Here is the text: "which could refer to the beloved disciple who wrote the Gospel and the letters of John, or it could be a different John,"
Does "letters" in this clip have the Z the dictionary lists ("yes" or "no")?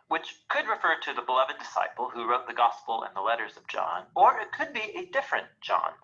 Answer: yes